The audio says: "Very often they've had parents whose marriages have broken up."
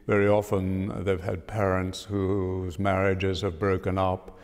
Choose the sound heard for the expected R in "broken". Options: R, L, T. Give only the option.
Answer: R